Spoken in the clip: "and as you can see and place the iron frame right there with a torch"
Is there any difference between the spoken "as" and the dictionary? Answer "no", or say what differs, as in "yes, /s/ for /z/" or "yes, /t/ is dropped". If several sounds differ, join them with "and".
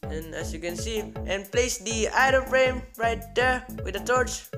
yes, /s/ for /z/